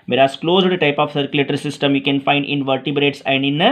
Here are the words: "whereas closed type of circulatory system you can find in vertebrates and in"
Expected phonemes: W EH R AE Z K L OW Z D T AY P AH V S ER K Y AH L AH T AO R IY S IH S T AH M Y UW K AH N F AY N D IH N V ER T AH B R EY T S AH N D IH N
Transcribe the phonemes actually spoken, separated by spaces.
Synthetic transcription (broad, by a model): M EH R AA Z K L OW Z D T AY P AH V S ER K Y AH L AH T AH R IY S IH S T AH M Y UW K AH N F AY N D IH N V ER T AH B R EY T S AH N D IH N